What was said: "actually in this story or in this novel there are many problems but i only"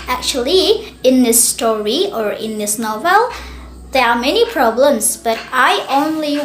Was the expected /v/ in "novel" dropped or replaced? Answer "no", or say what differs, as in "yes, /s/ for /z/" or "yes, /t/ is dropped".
no